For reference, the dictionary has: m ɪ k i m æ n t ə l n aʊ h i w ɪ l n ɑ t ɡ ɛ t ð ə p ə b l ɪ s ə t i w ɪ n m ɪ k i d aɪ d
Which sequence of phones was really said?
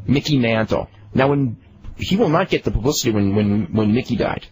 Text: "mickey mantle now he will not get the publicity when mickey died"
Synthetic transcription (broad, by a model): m ɪ k i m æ n t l n aʊ h i w ɪ l n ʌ t ɡ ɛ t ð ə p ə b l ɪ s ə t i w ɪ n m ɪ k i d aɪ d